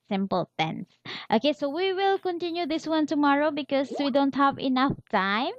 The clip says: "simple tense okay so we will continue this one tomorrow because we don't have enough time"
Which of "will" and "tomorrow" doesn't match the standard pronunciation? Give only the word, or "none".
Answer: none